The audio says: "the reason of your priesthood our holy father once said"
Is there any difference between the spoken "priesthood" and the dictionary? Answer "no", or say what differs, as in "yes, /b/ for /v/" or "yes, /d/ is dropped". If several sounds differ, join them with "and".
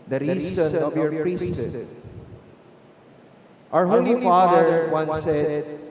yes, /d/ is dropped